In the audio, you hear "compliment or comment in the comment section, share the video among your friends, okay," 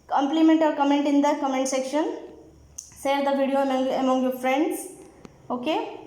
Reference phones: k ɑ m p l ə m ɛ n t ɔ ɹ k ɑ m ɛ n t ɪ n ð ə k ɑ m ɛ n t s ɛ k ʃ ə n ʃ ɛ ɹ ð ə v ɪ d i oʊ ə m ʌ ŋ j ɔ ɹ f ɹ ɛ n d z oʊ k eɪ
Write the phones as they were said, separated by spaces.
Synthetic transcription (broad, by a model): k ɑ m p l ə m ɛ n t ɔ ɹ k ɑ m ɛ n t ɪ n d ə k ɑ m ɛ n t s ɛ k ʃ ə n s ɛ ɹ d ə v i d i oʊ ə m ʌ ŋ j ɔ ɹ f ɹ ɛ n d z oʊ k eɪ